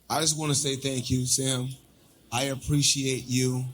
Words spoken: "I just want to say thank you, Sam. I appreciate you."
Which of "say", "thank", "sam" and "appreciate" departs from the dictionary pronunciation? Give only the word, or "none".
none